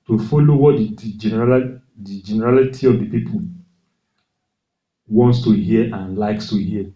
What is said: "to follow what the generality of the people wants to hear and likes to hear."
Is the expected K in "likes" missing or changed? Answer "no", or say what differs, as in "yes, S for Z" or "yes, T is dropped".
no